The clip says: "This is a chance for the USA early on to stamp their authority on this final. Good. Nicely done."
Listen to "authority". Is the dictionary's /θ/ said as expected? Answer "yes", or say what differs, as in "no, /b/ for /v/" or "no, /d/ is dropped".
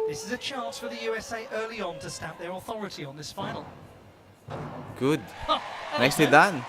yes